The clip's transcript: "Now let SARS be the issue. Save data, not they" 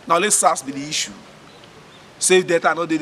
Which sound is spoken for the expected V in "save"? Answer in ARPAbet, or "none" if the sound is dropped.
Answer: F